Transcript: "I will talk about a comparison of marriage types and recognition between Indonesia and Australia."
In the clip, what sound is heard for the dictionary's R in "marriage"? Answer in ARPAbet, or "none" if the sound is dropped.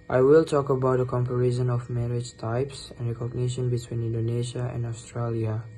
R